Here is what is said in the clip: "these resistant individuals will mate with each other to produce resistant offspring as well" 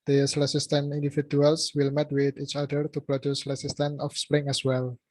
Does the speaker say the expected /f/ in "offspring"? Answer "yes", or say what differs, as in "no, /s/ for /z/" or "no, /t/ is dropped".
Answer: yes